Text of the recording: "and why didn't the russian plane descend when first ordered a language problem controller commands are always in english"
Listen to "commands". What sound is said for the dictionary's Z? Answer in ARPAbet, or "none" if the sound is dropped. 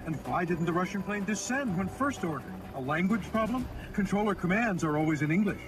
Z